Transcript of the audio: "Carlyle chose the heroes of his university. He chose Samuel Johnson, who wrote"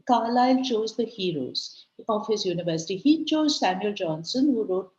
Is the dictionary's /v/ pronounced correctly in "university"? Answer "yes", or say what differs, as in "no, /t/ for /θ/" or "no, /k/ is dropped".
yes